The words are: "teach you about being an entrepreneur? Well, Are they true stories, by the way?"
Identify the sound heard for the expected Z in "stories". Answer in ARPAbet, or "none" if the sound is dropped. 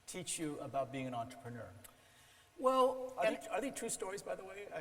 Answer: Z